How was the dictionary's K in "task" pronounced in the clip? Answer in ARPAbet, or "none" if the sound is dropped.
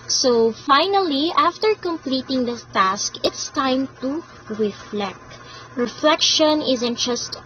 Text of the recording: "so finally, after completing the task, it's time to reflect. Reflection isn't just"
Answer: K